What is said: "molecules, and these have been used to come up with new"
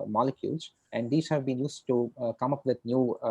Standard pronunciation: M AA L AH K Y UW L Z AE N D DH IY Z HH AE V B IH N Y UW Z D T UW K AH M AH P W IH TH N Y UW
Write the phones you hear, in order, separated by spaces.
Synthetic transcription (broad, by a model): M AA L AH K Y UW L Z AE N D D IY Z HH AE V B IH N Y UW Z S T UW K AH M AH P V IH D N Y UW